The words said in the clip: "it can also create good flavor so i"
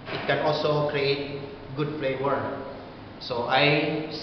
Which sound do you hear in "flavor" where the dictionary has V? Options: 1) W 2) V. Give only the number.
1